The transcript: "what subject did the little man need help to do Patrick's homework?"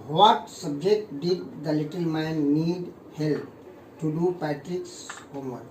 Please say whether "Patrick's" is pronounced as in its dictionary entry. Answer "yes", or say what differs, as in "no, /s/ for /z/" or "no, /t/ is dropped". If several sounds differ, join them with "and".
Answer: yes